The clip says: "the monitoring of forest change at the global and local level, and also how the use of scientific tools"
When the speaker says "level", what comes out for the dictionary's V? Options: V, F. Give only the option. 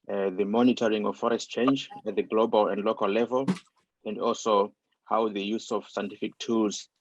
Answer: V